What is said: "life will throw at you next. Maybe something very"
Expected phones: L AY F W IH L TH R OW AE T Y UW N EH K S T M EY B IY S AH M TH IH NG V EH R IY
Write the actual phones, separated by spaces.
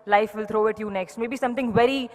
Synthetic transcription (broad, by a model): L AY F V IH L T R OW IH T Y UW N EH K S T M EY B IY S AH M T IH NG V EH R IY